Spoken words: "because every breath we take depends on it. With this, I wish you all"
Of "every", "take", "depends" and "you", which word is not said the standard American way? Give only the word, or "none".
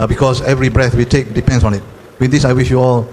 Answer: depends